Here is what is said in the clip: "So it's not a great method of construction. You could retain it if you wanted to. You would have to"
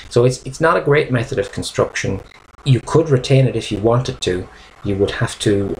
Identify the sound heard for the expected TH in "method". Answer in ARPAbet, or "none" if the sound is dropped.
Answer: TH